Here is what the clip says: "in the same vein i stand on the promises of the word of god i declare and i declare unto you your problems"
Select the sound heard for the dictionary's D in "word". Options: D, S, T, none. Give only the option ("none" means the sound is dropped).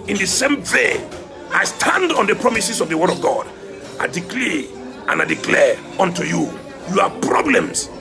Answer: D